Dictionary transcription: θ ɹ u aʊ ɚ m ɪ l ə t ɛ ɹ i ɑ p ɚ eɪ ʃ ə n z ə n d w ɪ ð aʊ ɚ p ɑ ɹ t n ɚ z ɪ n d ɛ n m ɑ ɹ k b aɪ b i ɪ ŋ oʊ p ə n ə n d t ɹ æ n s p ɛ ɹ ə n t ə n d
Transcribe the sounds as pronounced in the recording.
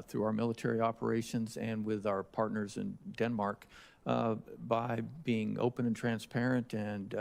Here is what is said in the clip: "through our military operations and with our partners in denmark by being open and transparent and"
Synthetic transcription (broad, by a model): θ ɹ u aʊ ɚ m ɪ l ə t ɛ ɹ i ɑ p ɚ eɪ ʃ ə n z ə n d w ɪ ð aʊ ɚ p ɑ ɹ t n ɚ z ɪ n d ɛ n m ɑ ɹ k b aɪ b i ɪ ŋ oʊ p ə n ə n t ɹ æ n s p ɛ ɹ ə n t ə n